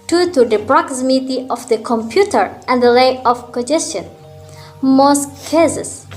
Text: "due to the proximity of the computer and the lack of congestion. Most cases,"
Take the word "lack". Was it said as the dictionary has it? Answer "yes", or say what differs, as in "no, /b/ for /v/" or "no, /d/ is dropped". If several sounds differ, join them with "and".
no, /k/ is dropped